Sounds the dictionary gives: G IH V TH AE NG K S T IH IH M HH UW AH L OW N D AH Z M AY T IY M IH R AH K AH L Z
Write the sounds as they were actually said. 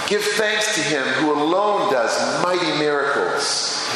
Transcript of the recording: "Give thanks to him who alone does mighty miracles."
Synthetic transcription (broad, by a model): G IH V TH AE NG K S T IH IH M HH UW AH L OW N D AH Z M AY T IY M IH R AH K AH L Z